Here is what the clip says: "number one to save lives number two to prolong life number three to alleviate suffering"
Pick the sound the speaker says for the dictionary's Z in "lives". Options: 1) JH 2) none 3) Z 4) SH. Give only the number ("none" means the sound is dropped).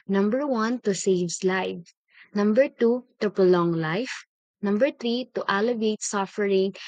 2